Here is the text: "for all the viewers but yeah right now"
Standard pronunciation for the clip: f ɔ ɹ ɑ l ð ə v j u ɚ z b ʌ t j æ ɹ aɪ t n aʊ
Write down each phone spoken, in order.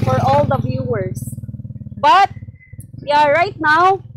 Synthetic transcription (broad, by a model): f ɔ ɹ ɑ l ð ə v j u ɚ s b ʌ t j æ ɹ aɪ t n aʊ